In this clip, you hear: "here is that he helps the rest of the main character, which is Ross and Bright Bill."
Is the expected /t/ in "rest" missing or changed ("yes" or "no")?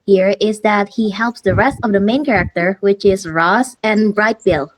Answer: no